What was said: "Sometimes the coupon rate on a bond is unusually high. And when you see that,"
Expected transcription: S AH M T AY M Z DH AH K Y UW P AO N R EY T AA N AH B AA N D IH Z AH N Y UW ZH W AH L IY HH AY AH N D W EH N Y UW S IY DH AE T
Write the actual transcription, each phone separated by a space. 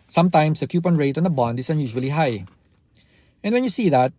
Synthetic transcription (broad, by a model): S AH M T AY M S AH K Y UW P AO N R EY T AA N AH B AA N D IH S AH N Y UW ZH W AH L IY HH AY AH N D W EH N Y UW S IY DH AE T